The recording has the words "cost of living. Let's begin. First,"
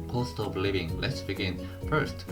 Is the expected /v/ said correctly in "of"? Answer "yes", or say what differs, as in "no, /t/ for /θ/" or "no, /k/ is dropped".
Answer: no, /p/ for /v/